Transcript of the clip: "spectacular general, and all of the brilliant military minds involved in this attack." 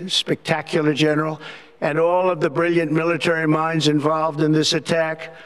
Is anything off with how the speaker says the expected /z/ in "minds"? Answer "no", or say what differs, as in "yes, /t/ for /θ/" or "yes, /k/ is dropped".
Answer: no